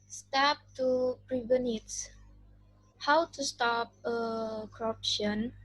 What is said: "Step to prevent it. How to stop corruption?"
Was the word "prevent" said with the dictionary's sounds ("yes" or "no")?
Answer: no